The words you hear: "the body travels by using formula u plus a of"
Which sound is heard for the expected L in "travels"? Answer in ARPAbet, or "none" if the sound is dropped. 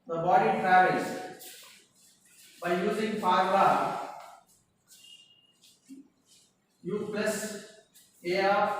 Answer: none